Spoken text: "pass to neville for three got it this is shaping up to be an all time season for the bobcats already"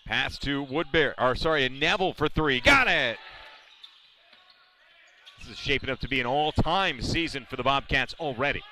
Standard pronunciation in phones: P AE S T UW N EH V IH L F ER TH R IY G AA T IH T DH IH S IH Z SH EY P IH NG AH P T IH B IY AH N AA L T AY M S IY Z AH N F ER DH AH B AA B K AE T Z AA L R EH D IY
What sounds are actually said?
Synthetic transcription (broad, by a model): P AE S T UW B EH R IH L F ER TH R IY G AA T IH T DH IH S IH Z SH EY P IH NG AH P T IH B IY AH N AA L T AY M S IY Z AH N F ER DH AH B AA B K AE T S L R EH D IY